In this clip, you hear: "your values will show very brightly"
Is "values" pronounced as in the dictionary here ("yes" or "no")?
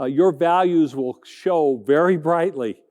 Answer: yes